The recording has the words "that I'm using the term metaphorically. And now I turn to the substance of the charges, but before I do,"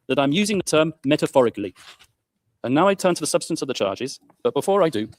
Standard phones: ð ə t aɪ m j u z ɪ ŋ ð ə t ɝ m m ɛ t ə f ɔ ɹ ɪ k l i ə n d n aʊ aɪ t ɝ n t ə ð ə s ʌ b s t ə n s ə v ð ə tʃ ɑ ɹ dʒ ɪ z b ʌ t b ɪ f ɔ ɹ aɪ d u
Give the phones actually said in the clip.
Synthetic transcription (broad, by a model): ð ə t aɪ m j u z ɪ ŋ ð ə t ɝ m m ɛ t ə f ɔ ɹ ɪ k l i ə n n aʊ aɪ t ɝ n t ə ð ə s ʌ b s t ə n s ə v ð ə tʃ ɑ dʒ ɪ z b ʌ t b ɪ f ɔ ɹ aɪ d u